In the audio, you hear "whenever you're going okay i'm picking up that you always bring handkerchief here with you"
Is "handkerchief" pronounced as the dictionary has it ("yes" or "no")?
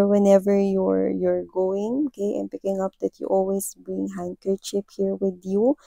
no